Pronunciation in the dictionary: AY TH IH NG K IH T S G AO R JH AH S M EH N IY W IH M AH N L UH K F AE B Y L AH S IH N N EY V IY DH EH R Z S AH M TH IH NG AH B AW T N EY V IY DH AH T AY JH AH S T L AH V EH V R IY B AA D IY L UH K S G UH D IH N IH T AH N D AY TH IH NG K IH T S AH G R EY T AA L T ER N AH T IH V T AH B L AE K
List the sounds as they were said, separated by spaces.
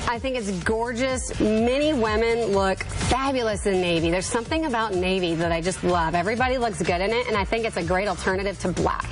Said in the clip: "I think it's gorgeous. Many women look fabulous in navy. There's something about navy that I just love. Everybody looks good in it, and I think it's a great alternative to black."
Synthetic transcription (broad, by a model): AY TH IH NG K IH T S G AO R JH AH S M EH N IY W IH M AH N L UH K F AE B Y L AH S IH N N EY V IY DH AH R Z S AH M TH IH NG AH B AW T N EY V IY DH AH T AY JH AH S T L AH V EH V R IY B AA D IY L UH K S G UH D IH N IH T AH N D AY TH IH NG K IH T S AH G R EY T L T ER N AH T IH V T AH B L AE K